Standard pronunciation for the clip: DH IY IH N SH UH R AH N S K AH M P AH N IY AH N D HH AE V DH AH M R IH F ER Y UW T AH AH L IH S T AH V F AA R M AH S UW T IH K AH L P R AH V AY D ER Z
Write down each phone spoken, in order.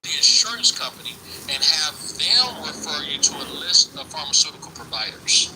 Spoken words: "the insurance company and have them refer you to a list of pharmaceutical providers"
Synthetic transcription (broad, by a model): DH IY IH N SH UH R AH N S K AH M P AH N IY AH N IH V DH AH M W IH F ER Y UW T AH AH L IH S T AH F AA R M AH S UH T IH K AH L P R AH V AY D ER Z